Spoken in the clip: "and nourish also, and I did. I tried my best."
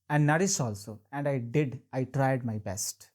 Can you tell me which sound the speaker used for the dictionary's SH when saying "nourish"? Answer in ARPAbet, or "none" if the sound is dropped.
S